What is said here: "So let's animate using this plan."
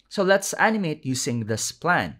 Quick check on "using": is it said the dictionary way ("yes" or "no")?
no